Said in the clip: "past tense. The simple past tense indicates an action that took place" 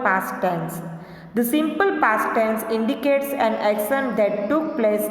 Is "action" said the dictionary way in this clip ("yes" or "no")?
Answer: no